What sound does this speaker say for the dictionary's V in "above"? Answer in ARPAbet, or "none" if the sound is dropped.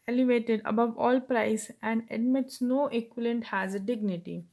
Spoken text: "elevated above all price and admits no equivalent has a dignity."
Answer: V